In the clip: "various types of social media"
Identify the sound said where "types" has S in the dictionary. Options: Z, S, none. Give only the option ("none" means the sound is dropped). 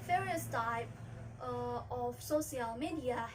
none